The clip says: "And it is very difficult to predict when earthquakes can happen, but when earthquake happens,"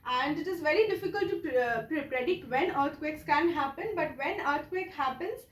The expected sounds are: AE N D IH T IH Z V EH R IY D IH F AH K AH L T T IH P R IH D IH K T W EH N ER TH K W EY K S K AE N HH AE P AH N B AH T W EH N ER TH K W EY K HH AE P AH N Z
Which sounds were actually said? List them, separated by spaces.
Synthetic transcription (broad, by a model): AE N D IH T IH Z V EH R IY D IH F AH K AH L T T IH P R IH D IH K T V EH N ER T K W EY K S K AE N HH AE P AH N B AH T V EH N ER T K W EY K HH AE P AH N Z